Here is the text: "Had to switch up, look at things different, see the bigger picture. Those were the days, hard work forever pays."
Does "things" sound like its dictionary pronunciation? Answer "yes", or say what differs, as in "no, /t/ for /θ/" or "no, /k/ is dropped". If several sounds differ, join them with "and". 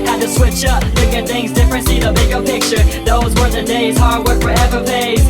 yes